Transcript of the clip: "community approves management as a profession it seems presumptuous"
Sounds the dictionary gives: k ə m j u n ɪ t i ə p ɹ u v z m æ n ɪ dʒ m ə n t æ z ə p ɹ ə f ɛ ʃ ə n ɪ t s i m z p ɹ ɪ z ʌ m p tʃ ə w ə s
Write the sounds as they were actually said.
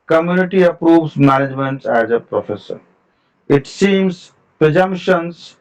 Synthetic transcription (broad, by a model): k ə m j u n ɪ t i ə p ɹ u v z m æ n ɪ dʒ m ə n t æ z ə p ɹ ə f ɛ s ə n ɪ t s i m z p ɹ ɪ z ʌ m p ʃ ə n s